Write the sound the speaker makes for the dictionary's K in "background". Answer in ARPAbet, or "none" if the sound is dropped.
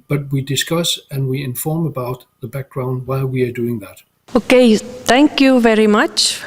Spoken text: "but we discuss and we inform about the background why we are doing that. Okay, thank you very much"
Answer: K